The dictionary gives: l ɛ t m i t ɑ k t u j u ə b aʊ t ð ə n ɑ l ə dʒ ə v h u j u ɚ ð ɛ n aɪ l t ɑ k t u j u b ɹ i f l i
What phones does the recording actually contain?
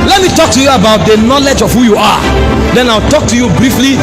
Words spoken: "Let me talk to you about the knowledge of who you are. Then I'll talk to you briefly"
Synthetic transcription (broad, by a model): l ɛ t m i t ɑ k t u j u ə b aʊ t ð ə n ɑ l ə dʒ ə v h u j u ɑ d ɛ n aɪ w t ɑ k t u j u b ɹ i f l i